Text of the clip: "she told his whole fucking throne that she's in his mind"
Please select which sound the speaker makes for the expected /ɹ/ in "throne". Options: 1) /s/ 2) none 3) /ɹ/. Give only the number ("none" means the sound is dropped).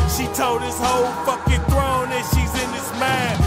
3